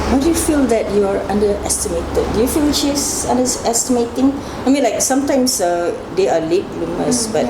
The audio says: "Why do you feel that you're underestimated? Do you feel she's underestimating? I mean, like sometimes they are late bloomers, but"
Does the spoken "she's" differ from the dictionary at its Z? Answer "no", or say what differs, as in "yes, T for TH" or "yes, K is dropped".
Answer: yes, S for Z